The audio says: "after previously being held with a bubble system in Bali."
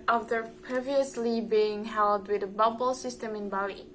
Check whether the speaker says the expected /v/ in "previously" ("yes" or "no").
yes